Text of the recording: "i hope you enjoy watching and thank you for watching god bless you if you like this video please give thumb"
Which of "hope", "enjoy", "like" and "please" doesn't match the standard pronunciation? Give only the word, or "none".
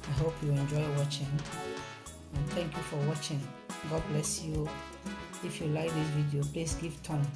please